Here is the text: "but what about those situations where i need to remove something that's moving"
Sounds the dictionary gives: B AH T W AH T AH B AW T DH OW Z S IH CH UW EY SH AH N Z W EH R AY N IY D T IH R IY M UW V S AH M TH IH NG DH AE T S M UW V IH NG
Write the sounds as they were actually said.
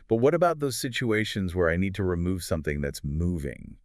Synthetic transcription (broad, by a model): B AH T W AH T AH B AW T DH OW Z S IH CH UW EY SH AH N Z W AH R AY N IY D T IH R IY M UW V S AH M TH IH NG DH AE T S M UW V IH NG